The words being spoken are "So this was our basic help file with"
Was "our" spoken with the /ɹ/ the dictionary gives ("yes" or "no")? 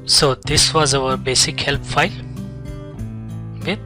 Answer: no